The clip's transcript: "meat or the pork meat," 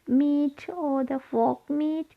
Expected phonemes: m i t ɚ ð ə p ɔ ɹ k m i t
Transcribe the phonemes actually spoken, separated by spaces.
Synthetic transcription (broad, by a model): m i t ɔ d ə f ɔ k m i t